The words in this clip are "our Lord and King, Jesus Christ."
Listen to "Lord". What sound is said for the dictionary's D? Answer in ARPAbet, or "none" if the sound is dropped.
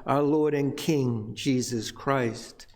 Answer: D